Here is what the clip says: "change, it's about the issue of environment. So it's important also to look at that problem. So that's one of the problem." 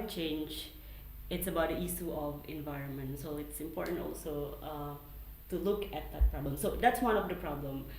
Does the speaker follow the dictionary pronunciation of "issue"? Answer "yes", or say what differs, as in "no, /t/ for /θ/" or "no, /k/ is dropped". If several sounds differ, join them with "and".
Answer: no, /s/ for /ʃ/